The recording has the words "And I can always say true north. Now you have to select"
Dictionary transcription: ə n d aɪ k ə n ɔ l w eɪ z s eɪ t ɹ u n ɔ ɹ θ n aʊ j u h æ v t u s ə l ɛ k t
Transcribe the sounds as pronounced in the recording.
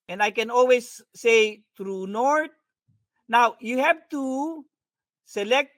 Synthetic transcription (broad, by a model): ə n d aɪ k ə n ɔ l w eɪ s eɪ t ɹ u n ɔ ɹ t n aʊ j u h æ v t u s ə l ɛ k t